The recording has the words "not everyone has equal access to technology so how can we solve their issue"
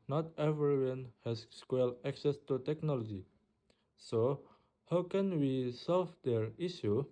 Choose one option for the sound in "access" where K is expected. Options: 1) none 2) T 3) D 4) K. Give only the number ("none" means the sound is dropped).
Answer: 4